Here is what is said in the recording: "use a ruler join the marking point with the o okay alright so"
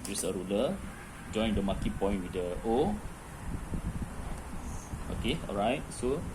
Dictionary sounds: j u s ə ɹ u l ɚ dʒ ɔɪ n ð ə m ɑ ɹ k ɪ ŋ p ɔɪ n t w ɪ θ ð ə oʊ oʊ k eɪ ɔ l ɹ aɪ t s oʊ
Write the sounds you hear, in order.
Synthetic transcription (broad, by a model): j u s ə ɹ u l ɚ dʒ ɔɪ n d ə m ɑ k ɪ p ɔɪ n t w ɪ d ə oʊ oʊ k eɪ ɔ l ɹ aɪ t s oʊ